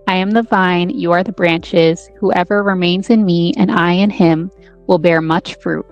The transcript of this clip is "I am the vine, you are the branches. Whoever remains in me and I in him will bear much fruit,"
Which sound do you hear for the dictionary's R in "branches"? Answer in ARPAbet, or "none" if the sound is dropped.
R